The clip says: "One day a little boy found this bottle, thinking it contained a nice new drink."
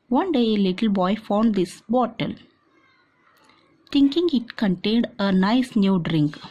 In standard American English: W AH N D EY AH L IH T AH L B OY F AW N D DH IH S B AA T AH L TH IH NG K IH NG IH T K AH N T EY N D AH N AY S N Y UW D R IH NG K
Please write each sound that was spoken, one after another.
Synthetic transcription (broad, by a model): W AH N D EY AH L IH T AH L B OY F AW N D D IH S B AA T AH L T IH NG K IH NG IH T K AH N T EY N D AH N AY S N Y UW D R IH NG K